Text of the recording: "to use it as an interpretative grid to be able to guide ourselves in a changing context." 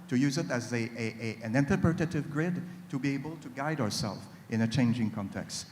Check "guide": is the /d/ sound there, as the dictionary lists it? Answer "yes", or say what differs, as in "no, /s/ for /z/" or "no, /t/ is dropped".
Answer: yes